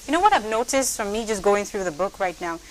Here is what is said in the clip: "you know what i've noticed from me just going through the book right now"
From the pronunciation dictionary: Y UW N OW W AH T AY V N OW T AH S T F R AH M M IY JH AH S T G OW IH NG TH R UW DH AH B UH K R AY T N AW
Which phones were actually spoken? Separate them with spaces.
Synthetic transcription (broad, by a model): Y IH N OW W AH T AY V N OW T AH S T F R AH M M IY JH AH S G OW IH NG TH R UW DH AH B UH K R AY T N AW